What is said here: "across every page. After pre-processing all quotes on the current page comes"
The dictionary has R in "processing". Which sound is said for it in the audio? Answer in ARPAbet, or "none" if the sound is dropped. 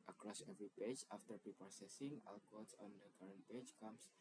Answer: none